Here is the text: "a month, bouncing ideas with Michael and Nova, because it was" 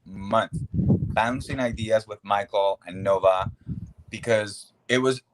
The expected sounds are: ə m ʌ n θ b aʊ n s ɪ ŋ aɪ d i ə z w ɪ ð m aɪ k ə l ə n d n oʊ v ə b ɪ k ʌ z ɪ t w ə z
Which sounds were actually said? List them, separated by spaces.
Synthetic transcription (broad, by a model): m ʌ n θ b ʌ n s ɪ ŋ aɪ d i ə z w ɪ ð m aɪ k l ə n n oʊ v ə b ɪ k ʌ z ɪ t w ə z